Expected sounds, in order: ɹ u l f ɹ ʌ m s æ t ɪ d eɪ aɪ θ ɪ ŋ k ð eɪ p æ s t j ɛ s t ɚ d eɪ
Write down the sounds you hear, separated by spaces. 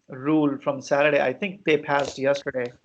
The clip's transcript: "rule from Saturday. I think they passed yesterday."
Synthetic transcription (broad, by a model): ɹ u l f ɹ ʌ m s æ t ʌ d eɪ aɪ t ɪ ŋ k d eɪ p æ s t j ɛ s t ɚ d eɪ